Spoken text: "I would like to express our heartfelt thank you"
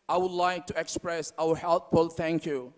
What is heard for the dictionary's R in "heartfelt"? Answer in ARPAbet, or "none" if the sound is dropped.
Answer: L